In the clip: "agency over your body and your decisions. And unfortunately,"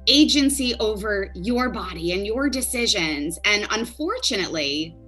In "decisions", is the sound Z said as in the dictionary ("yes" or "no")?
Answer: yes